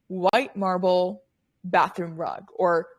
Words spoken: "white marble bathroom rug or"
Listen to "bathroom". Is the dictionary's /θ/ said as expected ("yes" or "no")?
yes